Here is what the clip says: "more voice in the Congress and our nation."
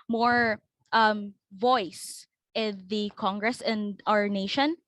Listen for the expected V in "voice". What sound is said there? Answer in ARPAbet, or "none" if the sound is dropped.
V